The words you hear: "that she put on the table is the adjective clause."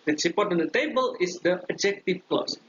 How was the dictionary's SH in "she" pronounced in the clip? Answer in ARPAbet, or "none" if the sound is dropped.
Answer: S